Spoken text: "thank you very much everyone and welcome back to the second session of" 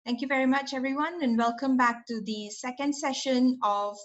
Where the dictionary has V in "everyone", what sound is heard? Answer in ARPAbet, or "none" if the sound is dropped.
V